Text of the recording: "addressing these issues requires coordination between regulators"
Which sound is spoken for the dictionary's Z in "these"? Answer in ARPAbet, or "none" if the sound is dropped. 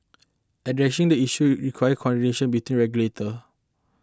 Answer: none